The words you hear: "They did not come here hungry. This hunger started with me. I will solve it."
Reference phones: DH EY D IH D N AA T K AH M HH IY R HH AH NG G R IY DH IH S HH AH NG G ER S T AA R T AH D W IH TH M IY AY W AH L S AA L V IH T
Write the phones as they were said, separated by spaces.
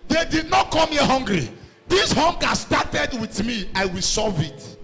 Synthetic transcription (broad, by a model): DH EY D IH D N AA T K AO M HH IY HH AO NG G R IY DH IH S HH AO NG G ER S T AA T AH D W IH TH M IY AY W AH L S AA V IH T